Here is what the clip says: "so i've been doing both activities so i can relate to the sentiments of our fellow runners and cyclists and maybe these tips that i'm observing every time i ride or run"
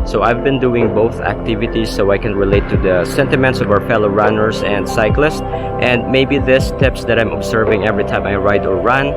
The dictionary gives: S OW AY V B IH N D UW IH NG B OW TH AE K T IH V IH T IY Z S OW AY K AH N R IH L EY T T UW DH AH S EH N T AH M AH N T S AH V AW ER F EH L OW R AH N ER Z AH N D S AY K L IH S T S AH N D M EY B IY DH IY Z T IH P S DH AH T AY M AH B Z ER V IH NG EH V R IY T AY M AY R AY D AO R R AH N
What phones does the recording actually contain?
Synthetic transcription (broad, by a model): S OW AY V B IH N D UW IH NG B OW TH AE K T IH V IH T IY S OW AY K AH N R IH L EY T T UW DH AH S EH N T AH M AH N T S AH V AW ER F EH L OW R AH N ER S AH N D S AY K L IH S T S AH N D M EY B IY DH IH S T IH P S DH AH T AY M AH B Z ER V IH NG EH V R IY T AY M AY R AY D AO R R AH N